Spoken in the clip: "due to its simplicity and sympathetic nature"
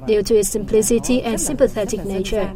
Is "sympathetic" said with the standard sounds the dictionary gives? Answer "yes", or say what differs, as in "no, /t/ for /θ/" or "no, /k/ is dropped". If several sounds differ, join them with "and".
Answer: yes